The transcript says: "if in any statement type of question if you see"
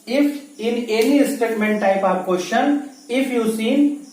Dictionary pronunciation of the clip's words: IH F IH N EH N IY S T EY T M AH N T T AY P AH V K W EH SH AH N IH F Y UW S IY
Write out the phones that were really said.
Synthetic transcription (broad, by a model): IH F IH N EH L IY S T EY T M AH N T T AY P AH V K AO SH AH N IH F Y UW S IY